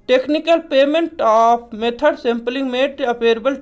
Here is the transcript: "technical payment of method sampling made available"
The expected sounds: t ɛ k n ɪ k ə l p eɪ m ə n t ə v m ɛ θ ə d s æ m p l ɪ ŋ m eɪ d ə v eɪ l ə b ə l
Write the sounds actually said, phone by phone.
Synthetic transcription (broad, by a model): t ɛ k n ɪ k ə l p eɪ m ə n t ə p m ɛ t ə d s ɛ m p l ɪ ŋ m eɪ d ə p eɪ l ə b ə l